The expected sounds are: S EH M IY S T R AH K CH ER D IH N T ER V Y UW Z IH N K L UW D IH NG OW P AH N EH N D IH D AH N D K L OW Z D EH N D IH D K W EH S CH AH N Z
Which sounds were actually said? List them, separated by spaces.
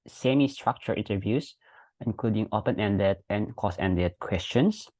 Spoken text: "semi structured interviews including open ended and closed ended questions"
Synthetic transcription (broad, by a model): S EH M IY S T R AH K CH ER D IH N T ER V Y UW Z IH N K L UW D IH NG OW P AH N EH N D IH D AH N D K OW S EH N D IH D K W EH S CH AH N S